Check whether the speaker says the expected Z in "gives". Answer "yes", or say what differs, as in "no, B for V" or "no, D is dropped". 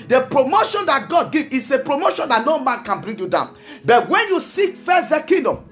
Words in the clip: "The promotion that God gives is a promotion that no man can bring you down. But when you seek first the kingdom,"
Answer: no, Z is dropped